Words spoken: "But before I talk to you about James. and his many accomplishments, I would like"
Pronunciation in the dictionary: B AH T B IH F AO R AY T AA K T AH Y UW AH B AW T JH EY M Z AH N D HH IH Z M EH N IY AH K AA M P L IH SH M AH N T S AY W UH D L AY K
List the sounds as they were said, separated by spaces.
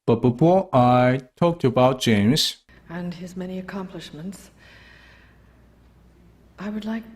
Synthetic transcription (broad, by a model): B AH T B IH P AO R AY T AA K T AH AH B AW T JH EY M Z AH N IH Z M EH N IY AH K AA M P L IH SH M AH N T S AY W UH D L AY K